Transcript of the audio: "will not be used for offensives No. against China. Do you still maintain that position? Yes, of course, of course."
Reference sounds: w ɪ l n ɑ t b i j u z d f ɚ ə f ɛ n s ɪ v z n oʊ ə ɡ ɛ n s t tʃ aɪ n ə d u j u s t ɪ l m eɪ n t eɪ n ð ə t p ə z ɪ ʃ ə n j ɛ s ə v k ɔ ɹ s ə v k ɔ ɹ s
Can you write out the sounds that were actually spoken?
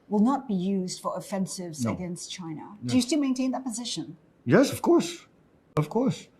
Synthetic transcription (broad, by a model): w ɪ l n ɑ t b i j u z d f ɚ ə f ɛ n s ɪ v z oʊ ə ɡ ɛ n s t tʃ aɪ n ə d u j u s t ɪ m eɪ n t eɪ n ð ə t p ə z ɪ ʃ ə n j ɛ s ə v k ɔ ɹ s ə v k ɔ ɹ s